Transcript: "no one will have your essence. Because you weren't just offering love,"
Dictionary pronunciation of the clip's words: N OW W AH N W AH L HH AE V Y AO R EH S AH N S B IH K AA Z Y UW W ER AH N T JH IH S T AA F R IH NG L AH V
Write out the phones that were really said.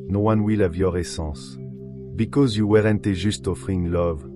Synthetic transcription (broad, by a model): N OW W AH N W AH L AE V Y AO R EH S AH S B IH K AA Z Y UW W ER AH N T ZH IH S T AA F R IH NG L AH V